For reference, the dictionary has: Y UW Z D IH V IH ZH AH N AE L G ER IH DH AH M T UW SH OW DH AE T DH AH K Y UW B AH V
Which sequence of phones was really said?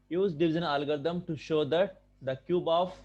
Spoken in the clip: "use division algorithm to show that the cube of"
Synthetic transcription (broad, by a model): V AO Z D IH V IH Z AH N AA L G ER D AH M T UW SH OW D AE T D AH K Y UW B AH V